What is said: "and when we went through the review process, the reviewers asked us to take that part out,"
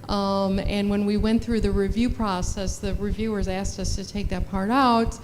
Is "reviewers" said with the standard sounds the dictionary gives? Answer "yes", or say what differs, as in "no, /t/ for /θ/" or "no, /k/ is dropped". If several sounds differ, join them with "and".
yes